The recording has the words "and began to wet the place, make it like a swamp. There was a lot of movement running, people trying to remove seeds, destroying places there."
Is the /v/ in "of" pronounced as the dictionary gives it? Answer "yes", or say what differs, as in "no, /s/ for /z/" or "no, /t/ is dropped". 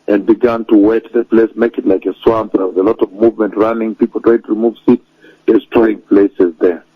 yes